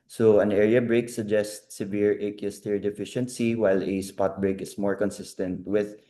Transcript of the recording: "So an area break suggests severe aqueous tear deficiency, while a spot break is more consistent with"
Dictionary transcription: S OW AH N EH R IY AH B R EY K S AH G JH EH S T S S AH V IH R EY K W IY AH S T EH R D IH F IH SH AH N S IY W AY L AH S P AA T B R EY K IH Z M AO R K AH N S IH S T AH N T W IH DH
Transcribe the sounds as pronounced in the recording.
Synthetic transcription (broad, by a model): S OW AH N EH R IY AH B R EY K S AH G JH EH S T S S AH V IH R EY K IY S T EH R D IH F IH SH AH N S IY W AY L AH S P AA T B R EY K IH S M AO R K AH N S IH S T AH N T W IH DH